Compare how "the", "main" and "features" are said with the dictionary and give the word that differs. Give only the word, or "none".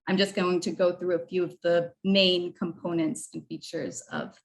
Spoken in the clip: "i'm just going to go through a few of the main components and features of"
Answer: none